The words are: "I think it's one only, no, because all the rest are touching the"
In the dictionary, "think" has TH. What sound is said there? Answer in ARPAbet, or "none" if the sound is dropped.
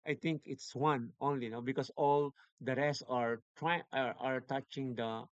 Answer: T